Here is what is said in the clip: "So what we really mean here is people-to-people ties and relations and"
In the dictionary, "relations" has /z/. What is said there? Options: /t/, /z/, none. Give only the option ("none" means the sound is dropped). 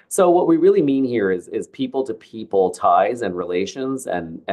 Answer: /z/